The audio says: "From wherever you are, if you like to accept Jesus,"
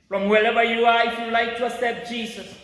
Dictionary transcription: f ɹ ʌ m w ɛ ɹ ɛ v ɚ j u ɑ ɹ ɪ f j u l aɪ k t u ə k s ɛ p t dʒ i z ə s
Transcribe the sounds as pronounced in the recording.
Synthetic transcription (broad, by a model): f ɹ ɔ m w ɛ l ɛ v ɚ j u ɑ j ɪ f j u l aɪ k t u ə s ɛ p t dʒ i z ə s